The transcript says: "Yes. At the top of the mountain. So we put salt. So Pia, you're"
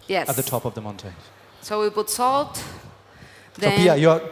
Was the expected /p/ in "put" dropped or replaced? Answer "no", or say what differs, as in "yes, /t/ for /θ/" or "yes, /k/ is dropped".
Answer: yes, /b/ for /p/